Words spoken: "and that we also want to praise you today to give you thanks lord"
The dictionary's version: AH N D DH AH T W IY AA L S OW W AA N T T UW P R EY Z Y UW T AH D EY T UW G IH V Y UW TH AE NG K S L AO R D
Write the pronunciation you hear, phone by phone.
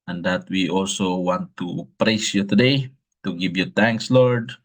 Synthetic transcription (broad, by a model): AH N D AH T W IY AA L S OW W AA N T T UW P R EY S Y UW T AH D EY T UW G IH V Y UW T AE NG K S L AO R D